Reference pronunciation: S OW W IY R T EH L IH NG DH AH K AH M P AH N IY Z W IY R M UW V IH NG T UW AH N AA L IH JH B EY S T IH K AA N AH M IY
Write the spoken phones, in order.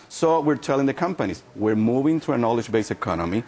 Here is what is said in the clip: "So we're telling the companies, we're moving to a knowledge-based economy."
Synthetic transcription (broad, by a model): S OW W IY R T EH L IH NG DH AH K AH M P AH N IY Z W IY R M UW V IH NG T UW AH N AA L IH JH B EY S IH K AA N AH M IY